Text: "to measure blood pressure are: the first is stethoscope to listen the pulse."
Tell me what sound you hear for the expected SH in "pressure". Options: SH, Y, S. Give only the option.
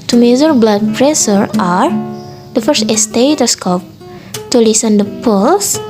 S